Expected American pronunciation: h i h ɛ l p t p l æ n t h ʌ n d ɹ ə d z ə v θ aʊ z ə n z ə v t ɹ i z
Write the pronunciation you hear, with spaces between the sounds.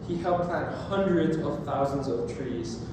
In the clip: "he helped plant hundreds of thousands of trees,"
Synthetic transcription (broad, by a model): h i h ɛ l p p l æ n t h ʌ n d ɹ ə d z ə v θ aʊ z ə n z ə v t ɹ i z